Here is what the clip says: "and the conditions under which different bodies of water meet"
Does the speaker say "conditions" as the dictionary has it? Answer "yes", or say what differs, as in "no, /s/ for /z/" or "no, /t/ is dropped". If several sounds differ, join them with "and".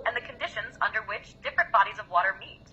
yes